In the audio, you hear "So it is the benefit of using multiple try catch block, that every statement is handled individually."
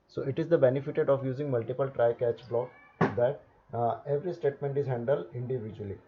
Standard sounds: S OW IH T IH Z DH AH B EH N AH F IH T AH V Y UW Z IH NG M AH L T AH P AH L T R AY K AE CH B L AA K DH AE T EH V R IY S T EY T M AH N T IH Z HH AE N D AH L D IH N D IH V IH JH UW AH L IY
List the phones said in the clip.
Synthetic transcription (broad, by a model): S OW IH T IH Z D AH B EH N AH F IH T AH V Y UW Z IH NG M AH L T AH P AH L T R AY K AE CH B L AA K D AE T EH V R IY S T EY T M AH N T IH Z HH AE N D AH L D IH N D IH V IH JH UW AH L IY